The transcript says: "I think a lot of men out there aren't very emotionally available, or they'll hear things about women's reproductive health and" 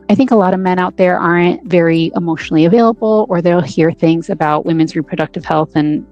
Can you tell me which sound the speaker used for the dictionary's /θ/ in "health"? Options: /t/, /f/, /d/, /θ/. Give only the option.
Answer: /θ/